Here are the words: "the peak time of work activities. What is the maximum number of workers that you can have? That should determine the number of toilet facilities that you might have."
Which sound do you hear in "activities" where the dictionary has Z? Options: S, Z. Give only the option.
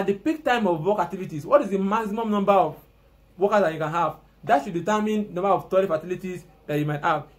S